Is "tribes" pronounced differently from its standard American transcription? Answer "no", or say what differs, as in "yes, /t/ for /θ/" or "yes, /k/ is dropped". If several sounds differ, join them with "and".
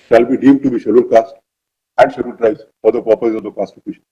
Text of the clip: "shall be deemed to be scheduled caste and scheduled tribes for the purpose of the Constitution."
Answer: yes, /b/ is dropped